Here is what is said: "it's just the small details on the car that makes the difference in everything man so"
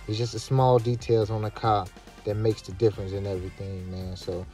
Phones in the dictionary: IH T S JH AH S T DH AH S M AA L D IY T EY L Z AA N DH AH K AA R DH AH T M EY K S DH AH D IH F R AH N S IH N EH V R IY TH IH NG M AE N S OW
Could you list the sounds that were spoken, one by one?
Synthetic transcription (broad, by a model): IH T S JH AH S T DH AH S M AA L D IY T EY L Z N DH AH K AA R DH AH T M EY K S DH AH D IH F R AH N S IH N EH V R IY TH IH NG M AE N S OW